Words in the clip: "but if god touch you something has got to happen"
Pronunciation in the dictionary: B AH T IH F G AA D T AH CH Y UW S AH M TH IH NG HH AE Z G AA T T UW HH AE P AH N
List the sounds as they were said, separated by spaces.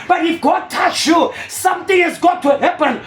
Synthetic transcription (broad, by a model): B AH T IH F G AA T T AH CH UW S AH M T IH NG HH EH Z G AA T T UW HH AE P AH N